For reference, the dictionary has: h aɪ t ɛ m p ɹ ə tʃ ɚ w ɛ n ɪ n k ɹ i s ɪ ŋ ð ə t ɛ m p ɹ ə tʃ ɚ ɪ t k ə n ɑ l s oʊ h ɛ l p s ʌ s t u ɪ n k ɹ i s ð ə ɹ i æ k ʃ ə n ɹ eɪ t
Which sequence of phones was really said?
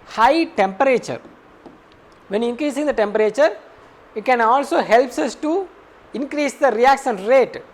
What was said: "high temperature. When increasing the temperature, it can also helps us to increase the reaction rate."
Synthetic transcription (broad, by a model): h aɪ t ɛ m p ɹ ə tʃ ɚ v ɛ n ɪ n k ɹ i s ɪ ŋ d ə t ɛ m p ɹ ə tʃ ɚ ɪ t k ə n ɑ l s oʊ h ɛ l p s ʌ s t u ɪ n k ɹ i s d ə ɹ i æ k s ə n ɹ eɪ t